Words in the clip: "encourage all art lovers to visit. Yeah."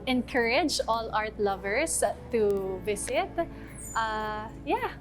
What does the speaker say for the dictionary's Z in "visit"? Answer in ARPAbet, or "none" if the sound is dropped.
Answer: S